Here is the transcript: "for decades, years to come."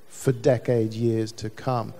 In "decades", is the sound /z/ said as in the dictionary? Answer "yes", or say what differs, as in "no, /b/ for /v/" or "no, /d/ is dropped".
no, /z/ is dropped